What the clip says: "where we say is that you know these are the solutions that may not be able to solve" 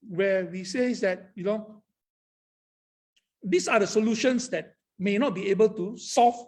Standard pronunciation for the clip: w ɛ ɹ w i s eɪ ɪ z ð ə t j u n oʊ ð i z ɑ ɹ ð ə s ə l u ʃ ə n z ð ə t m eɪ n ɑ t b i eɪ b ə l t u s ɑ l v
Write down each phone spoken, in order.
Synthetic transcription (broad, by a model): w ɛ w i s eɪ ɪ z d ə t j u n oʊ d i s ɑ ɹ ə s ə l u ʃ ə n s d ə t m eɪ n ɑ t b i eɪ b ə l t u s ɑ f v